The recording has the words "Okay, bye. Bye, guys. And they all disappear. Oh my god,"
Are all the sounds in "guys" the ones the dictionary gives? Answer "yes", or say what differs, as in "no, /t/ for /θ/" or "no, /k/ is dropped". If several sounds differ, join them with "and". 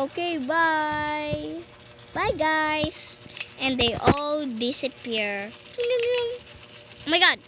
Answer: no, /s/ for /z/